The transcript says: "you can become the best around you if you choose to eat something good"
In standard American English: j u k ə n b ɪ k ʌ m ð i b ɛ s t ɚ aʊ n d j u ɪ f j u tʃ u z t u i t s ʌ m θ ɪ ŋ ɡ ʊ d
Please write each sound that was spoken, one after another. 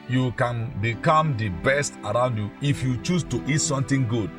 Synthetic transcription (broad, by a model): j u k ə n b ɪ k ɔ m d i b ɛ s t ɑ aʊ n d j u ɪ f j u tʃ u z t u i t s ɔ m t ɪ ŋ ɡ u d